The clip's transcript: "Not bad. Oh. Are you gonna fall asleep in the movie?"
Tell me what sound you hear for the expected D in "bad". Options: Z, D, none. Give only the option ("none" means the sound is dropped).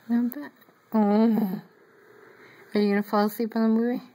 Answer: none